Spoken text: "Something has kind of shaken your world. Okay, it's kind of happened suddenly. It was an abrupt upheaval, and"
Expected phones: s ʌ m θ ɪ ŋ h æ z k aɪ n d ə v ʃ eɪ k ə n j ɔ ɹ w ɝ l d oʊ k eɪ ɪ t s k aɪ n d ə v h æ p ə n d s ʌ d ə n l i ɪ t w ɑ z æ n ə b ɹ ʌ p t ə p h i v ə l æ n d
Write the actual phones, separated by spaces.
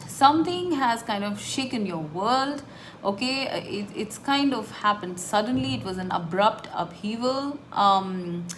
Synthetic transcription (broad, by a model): s ʌ m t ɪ ŋ h æ z k aɪ n d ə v ʃ eɪ k ə n j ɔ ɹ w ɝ l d oʊ k eɪ ɪ t s k aɪ n d ə v h æ p ə n d s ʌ d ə n l i ɪ t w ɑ z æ n ə b ɹ ʌ p t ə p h i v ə l